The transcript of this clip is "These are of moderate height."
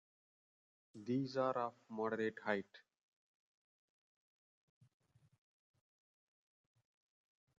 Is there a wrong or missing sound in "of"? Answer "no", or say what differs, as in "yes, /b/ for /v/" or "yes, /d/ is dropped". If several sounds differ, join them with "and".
yes, /f/ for /v/